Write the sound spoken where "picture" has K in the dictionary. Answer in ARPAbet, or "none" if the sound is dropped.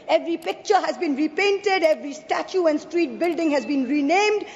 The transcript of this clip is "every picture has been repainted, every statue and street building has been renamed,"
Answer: K